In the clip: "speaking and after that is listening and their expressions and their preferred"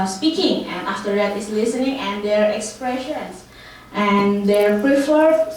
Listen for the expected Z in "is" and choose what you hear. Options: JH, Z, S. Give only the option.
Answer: S